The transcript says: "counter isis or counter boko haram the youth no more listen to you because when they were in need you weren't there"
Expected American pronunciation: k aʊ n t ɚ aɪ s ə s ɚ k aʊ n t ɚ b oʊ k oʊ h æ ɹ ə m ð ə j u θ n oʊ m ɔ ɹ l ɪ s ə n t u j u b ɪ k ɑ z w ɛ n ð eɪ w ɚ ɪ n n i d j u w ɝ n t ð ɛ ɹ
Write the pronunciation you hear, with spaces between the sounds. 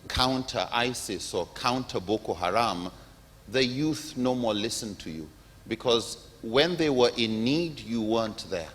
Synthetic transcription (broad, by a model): k aʊ n t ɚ aɪ s ə s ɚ k aʊ n t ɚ b oʊ k oʊ h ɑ ɹ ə m ð ə j u θ n oʊ m ɔ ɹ l ɪ s ə n t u j u b ɪ k ɑ z w ɛ n ð eɪ w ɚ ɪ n n i d j u w ɝ n t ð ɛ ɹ